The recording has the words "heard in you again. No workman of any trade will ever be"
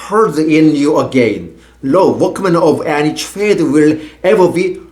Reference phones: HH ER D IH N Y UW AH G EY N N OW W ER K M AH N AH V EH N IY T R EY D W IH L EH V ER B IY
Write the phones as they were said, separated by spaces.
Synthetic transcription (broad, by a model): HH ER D IH N Y UW AH G EY N L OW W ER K M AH N AH V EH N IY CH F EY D W IH L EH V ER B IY